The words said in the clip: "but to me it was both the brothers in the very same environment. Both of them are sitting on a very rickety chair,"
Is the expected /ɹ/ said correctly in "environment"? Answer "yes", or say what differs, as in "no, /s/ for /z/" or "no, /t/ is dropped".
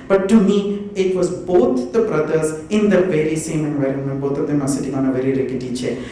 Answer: yes